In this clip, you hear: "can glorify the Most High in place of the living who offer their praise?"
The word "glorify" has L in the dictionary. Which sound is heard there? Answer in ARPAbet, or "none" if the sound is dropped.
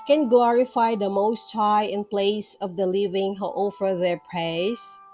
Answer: L